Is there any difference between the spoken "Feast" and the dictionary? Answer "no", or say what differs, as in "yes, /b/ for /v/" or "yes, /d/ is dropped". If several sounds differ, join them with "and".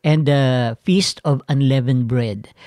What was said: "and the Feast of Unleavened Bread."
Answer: no